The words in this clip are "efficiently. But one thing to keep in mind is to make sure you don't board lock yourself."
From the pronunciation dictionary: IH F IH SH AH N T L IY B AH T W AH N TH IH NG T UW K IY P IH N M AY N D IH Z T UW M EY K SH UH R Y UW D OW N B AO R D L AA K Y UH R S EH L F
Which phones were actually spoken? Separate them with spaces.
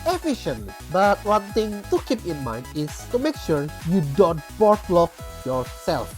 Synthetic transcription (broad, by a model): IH F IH SH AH N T L IY B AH T W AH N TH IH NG T UW K IY P IH N M AY N D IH S T UW M EY K SH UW R Y UW D OW N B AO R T L AA K Y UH R S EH L F